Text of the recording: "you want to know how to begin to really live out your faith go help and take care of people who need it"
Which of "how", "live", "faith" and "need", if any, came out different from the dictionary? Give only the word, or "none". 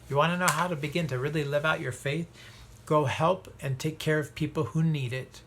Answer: none